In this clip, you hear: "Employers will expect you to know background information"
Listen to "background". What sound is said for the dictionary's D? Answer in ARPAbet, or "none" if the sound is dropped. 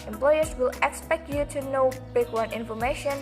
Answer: none